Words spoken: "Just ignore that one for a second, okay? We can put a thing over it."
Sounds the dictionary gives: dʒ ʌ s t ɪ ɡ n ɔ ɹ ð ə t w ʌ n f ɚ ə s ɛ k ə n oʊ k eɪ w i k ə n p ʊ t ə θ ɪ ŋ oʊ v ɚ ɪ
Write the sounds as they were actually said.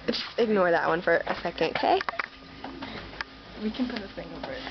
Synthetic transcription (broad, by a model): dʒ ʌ s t ɪ ɡ n ɔ ɹ ð ə t w ʌ n f ɚ ə s ɛ k ə n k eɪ w i k ə n p ʊ t ə s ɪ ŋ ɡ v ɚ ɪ